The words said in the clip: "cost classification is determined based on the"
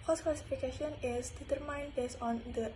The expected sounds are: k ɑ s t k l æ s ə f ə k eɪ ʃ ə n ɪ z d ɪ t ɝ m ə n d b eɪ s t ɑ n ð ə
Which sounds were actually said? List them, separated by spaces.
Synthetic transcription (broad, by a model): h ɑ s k l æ s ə f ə k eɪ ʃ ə n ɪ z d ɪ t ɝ m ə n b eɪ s ɑ n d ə